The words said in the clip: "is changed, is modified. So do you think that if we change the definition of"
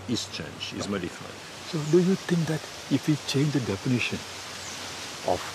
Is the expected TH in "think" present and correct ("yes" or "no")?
no